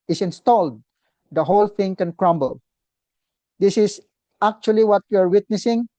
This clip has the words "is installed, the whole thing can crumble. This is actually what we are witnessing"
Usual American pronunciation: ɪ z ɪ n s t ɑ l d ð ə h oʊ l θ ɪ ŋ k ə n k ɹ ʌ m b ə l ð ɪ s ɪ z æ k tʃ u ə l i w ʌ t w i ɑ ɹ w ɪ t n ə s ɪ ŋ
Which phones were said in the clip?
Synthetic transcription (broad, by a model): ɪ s ɪ n s t ɑ l d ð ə h oʊ l θ ɪ ŋ k ə n k ɹ ʌ m b ə l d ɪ s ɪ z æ k tʃ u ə l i w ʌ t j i ɑ ɹ w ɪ t n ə s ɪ ŋ